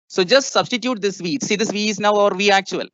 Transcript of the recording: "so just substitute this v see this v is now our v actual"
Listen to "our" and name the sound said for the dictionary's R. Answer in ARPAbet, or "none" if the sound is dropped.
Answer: R